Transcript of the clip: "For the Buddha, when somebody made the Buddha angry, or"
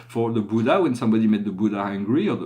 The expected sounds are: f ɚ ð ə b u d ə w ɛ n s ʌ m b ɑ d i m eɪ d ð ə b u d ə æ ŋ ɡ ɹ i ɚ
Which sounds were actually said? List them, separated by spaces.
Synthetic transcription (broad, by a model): f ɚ ð ə b u d ə w ɛ n s ʌ m b ɑ d i m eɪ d ð ə b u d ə æ ŋ ɡ ɹ i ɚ